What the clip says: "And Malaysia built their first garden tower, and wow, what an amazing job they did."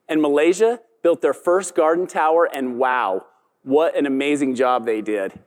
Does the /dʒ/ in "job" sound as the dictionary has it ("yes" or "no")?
yes